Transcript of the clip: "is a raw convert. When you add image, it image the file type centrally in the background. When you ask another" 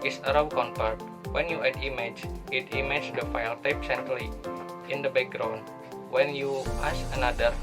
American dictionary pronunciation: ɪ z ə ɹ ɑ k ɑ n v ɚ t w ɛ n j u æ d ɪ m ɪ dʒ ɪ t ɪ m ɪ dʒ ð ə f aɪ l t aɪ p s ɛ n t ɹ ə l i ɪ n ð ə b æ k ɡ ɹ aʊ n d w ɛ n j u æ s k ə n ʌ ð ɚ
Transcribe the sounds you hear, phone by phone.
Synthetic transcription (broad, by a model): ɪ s ə ɹ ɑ k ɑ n p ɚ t w ɛ n j u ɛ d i m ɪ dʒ ɪ t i m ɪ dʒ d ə f aɪ l t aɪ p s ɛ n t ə l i ɪ n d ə b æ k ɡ ɹ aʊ n w ɛ n j u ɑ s ə n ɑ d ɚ